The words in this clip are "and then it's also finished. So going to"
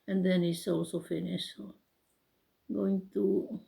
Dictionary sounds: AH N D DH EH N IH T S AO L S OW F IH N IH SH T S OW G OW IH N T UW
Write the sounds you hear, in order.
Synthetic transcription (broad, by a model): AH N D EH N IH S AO S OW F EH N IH S OW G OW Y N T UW